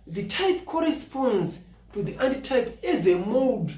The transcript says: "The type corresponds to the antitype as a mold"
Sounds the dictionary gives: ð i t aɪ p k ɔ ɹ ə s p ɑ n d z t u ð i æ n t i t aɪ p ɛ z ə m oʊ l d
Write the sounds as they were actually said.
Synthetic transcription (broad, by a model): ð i t aɪ p k ɔ ɹ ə s p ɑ n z t u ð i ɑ n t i t aɪ p ɛ z ə m oʊ d